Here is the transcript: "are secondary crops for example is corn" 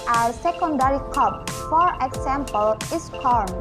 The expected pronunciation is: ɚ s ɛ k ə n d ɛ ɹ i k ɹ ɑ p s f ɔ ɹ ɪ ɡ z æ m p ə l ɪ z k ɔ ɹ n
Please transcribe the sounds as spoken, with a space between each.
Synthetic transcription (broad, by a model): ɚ s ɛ k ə n d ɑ ɹ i k ɑ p f ɔ ɹ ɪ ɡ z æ m p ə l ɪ s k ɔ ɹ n